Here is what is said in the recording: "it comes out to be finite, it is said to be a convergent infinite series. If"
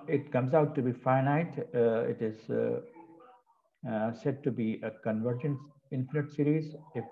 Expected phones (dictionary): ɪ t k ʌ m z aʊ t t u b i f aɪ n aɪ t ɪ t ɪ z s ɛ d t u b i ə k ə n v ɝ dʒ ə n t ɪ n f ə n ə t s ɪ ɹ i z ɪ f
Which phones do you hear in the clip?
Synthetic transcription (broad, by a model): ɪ t k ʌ m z aʊ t t u b i f aɪ n aɪ t ɪ t ɪ z s ɛ d t u b i ə k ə n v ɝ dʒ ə n ɪ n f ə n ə t s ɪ ɹ i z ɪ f